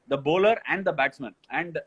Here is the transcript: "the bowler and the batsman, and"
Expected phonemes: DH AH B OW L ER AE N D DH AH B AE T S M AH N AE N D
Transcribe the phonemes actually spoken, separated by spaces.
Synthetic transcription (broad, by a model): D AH B OW L ER AE N D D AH B AE T S M AH N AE N D